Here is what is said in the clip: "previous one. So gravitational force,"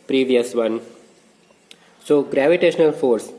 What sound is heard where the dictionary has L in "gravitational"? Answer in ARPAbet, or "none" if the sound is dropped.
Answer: L